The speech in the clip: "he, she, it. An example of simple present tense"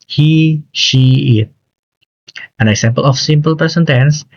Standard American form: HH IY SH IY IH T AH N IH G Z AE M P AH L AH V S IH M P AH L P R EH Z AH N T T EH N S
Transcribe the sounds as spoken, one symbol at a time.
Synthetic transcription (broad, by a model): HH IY SH IY IH T AH N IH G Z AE M P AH L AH F S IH M P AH L P EH S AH N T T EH N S